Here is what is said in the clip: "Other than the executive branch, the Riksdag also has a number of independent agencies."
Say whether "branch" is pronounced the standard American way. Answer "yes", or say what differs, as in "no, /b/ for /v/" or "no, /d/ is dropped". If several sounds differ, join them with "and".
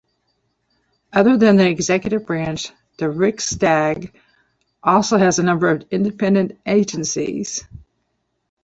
yes